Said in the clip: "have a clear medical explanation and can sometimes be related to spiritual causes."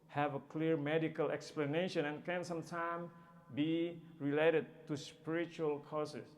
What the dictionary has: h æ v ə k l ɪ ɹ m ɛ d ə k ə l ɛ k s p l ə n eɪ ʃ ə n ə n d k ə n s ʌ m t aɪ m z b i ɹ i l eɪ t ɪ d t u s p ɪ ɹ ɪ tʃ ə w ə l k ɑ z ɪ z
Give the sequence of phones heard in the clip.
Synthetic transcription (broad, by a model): h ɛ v ə k l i ɹ m ɛ d ə k ə l ɛ k s p l ə n eɪ ʃ ə n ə n k ə n s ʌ m t aɪ m b i ɹ i l eɪ t ɪ d t u s p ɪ ɹ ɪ tʃ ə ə l k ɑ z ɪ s